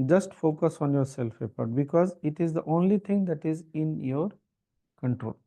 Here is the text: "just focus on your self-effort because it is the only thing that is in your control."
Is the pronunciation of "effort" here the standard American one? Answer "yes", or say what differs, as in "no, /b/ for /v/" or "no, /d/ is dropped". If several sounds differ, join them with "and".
no, /p/ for /f/